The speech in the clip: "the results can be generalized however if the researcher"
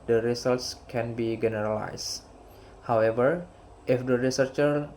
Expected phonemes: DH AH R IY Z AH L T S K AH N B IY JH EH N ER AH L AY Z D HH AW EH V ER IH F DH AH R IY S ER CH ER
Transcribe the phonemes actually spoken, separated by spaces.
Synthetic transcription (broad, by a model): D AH R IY S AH L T S K AH N B IY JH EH N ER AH L AY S HH AW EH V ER IH F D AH R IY S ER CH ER